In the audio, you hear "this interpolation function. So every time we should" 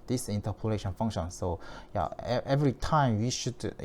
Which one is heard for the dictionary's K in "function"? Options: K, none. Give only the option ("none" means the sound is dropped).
none